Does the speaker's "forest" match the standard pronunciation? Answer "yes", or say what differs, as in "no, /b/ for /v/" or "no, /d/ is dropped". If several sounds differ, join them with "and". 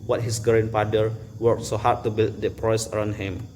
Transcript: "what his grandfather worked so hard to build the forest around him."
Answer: no, /t/ is dropped